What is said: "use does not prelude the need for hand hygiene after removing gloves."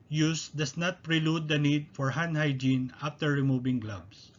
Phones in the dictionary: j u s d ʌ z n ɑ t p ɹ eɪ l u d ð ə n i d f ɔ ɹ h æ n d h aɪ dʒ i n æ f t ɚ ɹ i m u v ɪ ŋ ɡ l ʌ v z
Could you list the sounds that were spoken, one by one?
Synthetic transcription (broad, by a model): j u s d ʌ s n ɑ t p ɹ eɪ l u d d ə n i d f ɔ ɹ h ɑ n h aɪ dʒ i n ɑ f t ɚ ɹ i m u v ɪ ŋ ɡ l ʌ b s